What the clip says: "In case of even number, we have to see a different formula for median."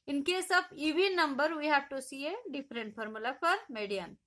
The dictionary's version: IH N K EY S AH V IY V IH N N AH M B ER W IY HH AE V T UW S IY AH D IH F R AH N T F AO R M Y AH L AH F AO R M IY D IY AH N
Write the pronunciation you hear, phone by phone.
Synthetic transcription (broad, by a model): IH N K EY S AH B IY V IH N N AH M B ER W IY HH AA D T UW S IY AH D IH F R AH N T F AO R M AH L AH P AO R M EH D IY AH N